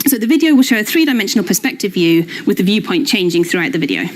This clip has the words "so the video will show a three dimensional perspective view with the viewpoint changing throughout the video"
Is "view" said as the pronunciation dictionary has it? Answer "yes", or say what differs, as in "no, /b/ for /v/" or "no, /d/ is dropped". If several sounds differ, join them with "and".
yes